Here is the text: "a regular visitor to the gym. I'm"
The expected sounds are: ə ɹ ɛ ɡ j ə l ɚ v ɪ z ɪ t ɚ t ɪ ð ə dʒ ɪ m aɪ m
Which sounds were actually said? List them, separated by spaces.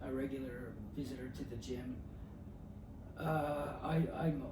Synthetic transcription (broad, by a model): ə ɹ ɛ ɡ j l ɚ v ɪ z ɪ t ɚ t ɪ ð ə dʒ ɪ m aɪ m